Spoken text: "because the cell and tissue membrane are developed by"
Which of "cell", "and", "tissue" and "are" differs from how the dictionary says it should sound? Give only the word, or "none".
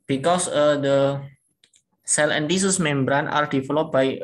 tissue